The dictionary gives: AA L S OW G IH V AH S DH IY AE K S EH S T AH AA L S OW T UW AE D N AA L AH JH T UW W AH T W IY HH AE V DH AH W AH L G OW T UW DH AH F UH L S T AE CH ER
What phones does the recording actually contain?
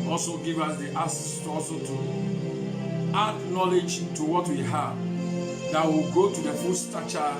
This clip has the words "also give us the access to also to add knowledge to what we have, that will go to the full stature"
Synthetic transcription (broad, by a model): AA L S OW G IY V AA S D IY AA S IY S T AA L S OW T UW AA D N AA L AH JH T UW W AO T W IY HH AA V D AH W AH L G OW T UW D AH F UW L S T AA CH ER